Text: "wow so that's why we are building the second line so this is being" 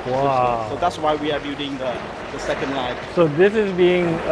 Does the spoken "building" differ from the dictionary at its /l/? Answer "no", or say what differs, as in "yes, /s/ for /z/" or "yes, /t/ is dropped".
yes, /l/ is dropped